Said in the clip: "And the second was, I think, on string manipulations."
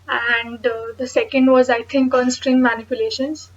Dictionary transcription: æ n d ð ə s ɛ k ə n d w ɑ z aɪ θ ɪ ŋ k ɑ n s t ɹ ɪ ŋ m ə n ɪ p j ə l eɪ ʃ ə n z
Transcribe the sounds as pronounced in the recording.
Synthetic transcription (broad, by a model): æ n d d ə s ɛ k ə n d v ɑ z aɪ t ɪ ŋ k ɑ n s t ɹ ɪ ŋ m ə n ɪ p j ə l eɪ ʃ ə n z